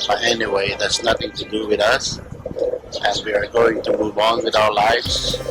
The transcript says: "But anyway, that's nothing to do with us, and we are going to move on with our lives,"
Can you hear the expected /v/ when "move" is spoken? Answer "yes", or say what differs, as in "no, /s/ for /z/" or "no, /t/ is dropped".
yes